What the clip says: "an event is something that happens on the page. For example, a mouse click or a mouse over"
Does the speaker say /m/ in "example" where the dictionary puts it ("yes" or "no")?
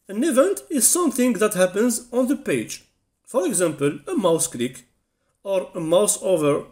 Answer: yes